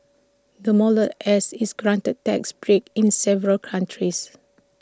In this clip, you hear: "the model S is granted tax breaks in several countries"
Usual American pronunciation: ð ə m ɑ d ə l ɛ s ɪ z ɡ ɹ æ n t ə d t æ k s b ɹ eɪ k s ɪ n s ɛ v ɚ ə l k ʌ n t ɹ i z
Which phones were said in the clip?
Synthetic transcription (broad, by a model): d ə m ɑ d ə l ɛ s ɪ s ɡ ɹ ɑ n t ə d t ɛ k s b ɹ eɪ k ɪ n s ɛ v ɚ ə l k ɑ n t ɹ i s